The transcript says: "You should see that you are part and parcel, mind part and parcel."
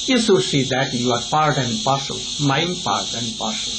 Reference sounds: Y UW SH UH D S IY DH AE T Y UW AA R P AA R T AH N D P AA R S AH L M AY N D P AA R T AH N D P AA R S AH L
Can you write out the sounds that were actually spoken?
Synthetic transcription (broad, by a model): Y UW S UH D S IY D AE T Y UW AA R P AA R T AH N D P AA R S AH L M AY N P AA R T AH N D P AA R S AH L